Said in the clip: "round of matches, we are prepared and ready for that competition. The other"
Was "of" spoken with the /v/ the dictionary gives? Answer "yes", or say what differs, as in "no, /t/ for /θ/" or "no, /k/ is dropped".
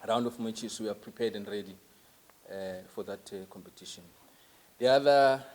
no, /f/ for /v/